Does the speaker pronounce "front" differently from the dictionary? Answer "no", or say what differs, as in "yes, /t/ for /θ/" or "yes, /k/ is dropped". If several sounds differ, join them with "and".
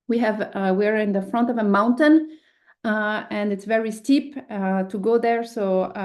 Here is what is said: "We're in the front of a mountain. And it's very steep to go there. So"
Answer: no